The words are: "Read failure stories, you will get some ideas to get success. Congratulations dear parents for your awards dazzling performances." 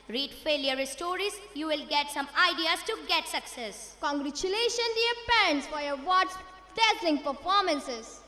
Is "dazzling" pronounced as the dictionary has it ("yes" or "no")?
no